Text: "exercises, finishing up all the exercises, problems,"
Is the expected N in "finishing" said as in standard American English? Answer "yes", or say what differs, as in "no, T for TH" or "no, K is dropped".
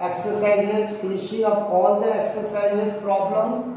no, L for N